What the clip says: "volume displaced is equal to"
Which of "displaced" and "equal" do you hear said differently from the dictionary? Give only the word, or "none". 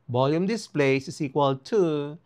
displaced